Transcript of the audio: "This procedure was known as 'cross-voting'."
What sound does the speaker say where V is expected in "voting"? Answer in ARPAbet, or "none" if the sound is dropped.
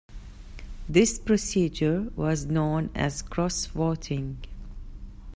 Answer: W